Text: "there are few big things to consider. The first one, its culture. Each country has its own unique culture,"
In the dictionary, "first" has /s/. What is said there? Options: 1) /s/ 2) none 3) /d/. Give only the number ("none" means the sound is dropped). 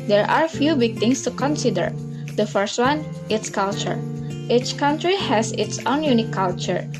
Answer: 1